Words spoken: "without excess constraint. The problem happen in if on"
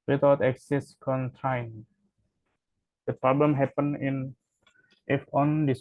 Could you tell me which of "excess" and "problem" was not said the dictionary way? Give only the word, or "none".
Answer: none